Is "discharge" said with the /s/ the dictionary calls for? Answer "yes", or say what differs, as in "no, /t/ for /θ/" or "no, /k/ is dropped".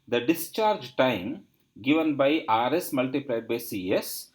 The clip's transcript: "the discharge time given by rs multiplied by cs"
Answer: yes